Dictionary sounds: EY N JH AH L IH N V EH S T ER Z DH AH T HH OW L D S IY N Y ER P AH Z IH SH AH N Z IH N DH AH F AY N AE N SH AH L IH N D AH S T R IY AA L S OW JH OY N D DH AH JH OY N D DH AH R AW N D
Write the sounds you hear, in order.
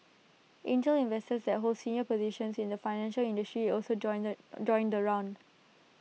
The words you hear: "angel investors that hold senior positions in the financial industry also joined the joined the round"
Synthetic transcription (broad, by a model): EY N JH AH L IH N V EH S T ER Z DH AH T HH OW L D S IY N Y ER P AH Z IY SH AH N S IH N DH AH F AY N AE N SH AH L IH N D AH S T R IY AA L S OW JH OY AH N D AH R AW N D